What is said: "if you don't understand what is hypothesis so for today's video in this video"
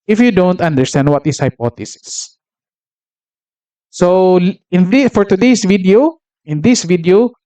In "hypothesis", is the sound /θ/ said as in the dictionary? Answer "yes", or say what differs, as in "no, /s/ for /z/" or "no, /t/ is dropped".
no, /t/ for /θ/